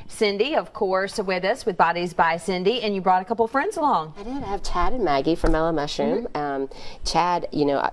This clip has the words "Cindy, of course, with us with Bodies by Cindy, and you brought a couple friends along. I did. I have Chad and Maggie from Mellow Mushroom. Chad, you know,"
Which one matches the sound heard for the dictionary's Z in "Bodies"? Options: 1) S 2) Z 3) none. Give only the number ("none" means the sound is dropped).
2